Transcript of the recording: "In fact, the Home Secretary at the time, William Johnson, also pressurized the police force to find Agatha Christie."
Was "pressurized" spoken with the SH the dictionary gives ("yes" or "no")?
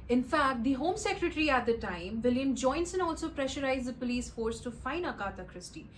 yes